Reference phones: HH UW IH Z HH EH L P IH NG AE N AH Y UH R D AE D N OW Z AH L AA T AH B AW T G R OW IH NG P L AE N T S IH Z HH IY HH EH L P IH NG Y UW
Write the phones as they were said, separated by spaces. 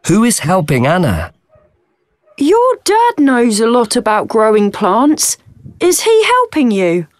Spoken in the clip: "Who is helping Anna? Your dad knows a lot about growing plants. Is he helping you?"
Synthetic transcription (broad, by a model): HH UW IH Z HH EH L P IH NG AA N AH Y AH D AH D N OW Z AH L AA T AH B AW T G R OW IH NG P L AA N T S IH Z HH IY HH EH L P IH NG Y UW